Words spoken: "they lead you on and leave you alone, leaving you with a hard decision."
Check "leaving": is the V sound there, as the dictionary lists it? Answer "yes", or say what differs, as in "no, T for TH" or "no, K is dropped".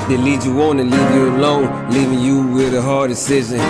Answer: yes